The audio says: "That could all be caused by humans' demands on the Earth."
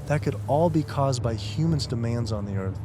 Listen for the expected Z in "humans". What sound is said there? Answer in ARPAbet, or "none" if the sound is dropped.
Z